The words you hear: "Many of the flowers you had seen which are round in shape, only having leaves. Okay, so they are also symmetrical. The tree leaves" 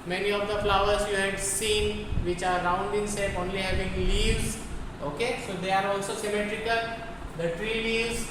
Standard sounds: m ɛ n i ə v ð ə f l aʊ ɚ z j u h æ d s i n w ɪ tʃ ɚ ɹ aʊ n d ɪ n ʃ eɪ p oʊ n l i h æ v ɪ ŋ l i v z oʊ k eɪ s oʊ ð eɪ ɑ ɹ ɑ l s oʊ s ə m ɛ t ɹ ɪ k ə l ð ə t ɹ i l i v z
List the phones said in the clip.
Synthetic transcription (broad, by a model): m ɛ n i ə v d ə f l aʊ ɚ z j u h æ d s i n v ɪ tʃ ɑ ɹ aʊ n d ɪ n s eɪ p oʊ n l i h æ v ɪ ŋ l i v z oʊ k eɪ s oʊ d eɪ ɑ ɹ ɑ l s oʊ s ə m ɛ t ɹ ɪ k ə l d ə t ɹ i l i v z